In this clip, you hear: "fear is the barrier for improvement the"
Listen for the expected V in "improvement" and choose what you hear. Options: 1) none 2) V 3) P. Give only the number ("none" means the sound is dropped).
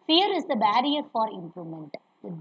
1